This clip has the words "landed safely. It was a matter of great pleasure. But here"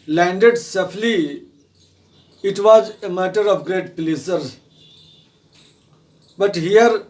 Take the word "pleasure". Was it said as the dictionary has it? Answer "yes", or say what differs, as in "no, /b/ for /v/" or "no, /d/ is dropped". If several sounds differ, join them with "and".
no, /s/ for /ʒ/